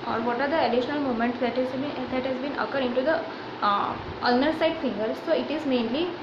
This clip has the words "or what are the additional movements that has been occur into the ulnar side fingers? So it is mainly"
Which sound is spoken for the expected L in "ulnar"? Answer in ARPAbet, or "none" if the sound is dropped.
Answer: none